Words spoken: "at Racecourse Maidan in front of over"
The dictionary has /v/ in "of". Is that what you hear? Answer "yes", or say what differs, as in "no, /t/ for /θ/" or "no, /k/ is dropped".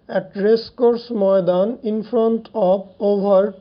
no, /b/ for /v/